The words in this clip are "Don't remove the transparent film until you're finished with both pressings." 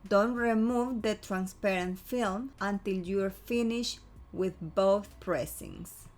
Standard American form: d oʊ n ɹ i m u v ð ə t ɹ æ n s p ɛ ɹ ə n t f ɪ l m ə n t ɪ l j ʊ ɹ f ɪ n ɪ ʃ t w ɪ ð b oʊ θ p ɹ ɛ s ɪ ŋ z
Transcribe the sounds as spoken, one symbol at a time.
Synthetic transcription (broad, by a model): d oʊ n ɹ i m u v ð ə t ɹ æ n s p ɛ ɹ ə n t f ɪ l m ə n t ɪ l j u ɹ f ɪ n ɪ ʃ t w ɪ ð b oʊ θ p ɹ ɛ s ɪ ŋ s